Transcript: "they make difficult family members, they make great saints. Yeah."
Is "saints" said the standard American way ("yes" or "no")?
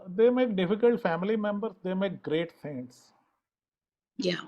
no